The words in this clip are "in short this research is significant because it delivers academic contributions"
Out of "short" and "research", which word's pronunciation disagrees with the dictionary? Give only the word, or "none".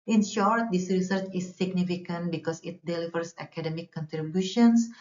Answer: none